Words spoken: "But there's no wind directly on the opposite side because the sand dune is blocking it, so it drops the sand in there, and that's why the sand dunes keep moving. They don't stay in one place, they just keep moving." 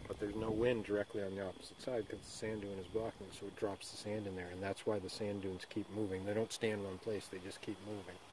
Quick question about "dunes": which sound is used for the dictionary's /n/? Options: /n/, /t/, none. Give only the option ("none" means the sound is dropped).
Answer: /n/